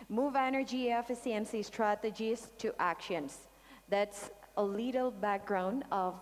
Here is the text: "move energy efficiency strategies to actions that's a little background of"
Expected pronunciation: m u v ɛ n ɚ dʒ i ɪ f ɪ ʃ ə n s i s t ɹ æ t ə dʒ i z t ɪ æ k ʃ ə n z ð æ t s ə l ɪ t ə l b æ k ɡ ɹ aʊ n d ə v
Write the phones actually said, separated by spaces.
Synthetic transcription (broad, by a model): m u v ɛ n ɚ dʒ i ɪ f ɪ s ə n s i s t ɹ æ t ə dʒ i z t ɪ æ k ʃ ə n z ð æ t s ə l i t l b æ k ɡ ɹ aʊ n ə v